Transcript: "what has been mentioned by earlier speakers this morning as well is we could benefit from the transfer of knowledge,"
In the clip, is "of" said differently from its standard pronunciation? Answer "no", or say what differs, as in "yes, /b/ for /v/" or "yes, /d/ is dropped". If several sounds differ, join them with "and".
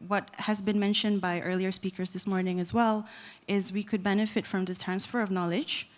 no